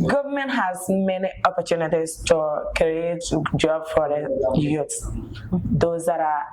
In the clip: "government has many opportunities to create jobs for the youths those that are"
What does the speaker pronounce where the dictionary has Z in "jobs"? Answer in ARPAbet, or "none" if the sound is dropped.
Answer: none